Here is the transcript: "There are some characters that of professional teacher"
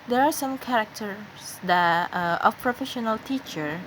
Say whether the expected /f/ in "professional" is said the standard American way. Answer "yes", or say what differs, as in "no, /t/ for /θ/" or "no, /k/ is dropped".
yes